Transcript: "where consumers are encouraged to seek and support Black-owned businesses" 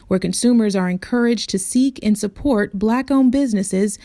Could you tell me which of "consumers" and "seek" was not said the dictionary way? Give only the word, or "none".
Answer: none